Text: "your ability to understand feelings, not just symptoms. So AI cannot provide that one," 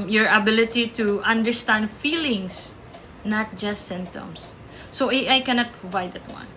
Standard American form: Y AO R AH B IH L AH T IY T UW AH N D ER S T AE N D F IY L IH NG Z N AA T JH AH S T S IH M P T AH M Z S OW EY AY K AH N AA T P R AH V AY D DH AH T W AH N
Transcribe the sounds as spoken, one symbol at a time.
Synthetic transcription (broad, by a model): Y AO R AH B IH L AH T IY T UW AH N D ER S T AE N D F IY L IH NG S N AA T JH AH S T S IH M T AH M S S OW EY AY K AH N AA T P R AH V AY D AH T W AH N